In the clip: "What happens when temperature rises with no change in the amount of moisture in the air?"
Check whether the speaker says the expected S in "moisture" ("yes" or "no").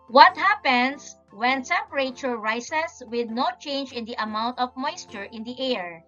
yes